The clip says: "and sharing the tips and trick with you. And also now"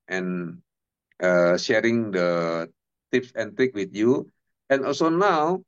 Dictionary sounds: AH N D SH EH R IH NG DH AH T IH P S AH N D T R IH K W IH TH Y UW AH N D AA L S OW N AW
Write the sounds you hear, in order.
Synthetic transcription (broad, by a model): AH N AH SH EH R IH NG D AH T IH P S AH N T R IH K W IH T Y UW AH N AA L S OW N AW